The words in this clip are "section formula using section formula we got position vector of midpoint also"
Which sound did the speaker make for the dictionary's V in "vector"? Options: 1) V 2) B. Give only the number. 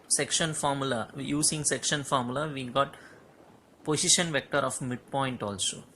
1